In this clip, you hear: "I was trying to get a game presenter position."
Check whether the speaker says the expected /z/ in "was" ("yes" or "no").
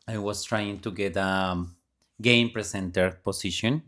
no